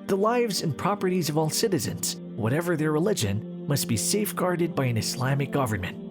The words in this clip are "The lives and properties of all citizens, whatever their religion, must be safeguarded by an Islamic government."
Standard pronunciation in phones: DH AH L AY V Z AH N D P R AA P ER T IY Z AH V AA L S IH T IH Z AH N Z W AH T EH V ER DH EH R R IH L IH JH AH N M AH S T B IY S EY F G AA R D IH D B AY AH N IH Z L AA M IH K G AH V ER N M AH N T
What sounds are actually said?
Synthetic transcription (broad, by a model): DH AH L AY V Z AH N P R AA P ER T IY Z AH V AA L S IH T IH Z AH N Z W AH T EH V ER DH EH R R IH L IH JH AH N M AH S T B IY S EY F G AA R D IH D B AY AH N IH S L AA M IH K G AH V ER N M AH N T